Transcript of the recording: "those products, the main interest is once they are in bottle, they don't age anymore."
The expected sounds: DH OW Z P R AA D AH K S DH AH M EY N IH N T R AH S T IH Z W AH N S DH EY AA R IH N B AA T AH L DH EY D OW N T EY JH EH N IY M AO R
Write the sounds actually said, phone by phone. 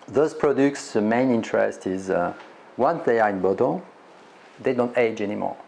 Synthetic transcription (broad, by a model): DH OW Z P R AA D AH K S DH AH M EY N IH N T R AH S T IH Z W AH N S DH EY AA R IH N B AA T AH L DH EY D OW N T EY JH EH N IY M AO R